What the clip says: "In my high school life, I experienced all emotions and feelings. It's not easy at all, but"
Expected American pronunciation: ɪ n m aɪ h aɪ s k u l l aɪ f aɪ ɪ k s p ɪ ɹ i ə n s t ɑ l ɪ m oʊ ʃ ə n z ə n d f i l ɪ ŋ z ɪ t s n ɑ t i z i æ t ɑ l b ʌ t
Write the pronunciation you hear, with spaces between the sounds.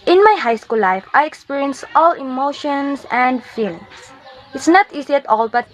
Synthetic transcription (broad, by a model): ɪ n m aɪ h aɪ s k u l l aɪ f aɪ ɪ k s p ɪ ɹ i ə n s t ɑ l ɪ m oʊ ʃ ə n s ə n d f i l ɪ ŋ s ɪ t s n ɑ t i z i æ t ɑ l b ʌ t